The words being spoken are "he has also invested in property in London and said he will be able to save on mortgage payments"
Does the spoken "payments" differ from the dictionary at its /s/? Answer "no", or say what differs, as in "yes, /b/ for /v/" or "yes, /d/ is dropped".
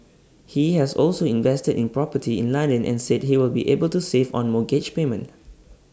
yes, /s/ is dropped